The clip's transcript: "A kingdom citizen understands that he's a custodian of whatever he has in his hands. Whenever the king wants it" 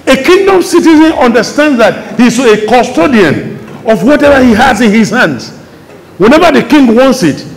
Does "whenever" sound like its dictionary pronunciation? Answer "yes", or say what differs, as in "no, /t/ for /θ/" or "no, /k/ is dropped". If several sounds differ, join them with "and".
yes